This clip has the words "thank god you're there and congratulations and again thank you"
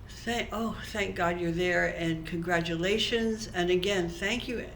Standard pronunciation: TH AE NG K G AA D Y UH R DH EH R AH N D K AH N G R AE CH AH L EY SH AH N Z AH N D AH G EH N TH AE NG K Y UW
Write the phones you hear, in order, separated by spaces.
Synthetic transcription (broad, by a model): TH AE NG K G AA D Y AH R DH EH R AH N K AH N G R AE CH AH L EY SH AH N Z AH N AH G EH N TH AE NG K Y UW